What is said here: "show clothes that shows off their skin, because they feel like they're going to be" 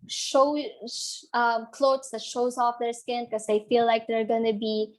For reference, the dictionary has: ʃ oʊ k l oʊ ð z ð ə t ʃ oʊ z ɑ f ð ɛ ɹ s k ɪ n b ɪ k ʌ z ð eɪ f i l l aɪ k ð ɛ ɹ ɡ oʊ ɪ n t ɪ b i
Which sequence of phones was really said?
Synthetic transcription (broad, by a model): ʃ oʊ k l oʊ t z ð ə t ʃ oʊ z ɑ f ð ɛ ɹ s k ɪ n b k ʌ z ð eɪ f i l l aɪ k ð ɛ ɹ ɡ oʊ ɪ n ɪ b i